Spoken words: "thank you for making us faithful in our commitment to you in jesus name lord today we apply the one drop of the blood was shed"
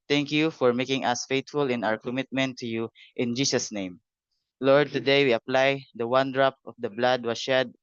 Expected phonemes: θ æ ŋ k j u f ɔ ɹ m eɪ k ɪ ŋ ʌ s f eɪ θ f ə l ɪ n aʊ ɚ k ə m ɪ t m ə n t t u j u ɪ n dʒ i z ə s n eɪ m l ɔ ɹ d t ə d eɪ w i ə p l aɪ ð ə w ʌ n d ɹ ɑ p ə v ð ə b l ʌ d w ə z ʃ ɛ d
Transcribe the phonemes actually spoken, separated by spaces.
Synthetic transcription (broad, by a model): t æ ŋ k j u f ɔ ɹ m eɪ k ɪ ŋ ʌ s f eɪ t f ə l ɪ n aʊ ɚ k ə m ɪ t m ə n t t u j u ɪ n dʒ i s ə s n eɪ m l ɔ ɹ d t ə d eɪ w i ə p l aɪ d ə w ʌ n d ɹ ɑ p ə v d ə b l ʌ d w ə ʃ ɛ d